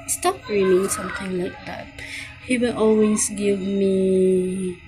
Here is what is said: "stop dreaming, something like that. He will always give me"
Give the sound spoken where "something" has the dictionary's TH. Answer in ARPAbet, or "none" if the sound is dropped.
T